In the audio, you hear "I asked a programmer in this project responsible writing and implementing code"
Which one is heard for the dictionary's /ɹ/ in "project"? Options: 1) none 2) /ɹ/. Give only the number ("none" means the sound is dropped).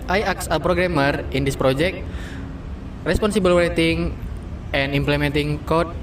2